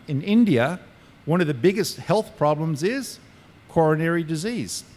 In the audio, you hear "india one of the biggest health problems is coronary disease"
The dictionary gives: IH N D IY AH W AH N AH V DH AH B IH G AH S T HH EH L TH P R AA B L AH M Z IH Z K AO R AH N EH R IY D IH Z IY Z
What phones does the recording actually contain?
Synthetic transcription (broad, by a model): IH N D IY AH W AH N AH V DH AH B IH G AH S T HH EH L TH P R AA B L AH M Z IH Z K AO R AH N EH R IY D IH Z IY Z